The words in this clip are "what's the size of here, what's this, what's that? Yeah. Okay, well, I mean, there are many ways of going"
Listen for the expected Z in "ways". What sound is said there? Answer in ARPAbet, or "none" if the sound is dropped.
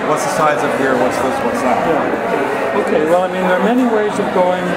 Z